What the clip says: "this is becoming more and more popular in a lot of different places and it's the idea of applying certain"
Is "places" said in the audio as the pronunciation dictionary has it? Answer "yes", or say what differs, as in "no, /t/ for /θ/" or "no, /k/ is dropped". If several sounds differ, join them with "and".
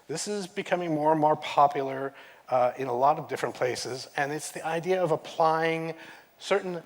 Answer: yes